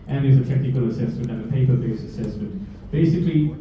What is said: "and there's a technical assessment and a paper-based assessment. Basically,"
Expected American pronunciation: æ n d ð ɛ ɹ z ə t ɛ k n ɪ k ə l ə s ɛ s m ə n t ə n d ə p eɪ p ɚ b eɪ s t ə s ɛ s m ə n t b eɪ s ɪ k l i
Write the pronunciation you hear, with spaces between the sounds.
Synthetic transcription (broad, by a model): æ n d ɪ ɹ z ə t ɛ k n ɪ k ə l ə s ɛ s m ə n t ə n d ə p eɪ p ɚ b eɪ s ə s ɛ s m ə n t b eɪ s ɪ k l i